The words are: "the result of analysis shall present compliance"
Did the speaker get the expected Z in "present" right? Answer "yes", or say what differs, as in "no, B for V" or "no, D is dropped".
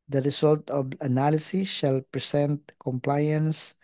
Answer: no, S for Z